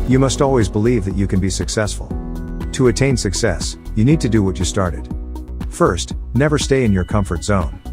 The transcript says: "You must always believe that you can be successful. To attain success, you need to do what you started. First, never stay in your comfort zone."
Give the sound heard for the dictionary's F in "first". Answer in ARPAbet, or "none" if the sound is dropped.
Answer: F